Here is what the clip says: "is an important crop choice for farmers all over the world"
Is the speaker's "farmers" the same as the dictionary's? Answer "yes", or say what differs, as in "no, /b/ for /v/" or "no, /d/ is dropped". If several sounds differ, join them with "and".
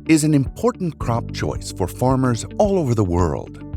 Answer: yes